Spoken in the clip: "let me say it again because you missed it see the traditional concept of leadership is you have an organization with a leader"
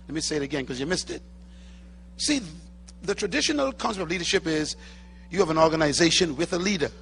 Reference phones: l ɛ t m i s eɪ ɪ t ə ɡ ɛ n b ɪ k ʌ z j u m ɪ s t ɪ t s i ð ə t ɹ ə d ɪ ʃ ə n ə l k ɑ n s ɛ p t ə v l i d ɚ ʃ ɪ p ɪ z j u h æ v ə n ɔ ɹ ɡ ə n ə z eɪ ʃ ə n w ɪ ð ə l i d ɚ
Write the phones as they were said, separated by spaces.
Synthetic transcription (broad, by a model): l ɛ t m i s eɪ ɪ t ə ɡ ɛ n k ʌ z j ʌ m ɪ s t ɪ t s i ð ə t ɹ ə d ɪ ʃ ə n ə l k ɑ n s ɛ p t ə v l i d ɚ ʃ ɪ p ɪ z j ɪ v ə n ɔ ɹ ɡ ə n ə z eɪ ʃ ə n w ɪ ð ə l i d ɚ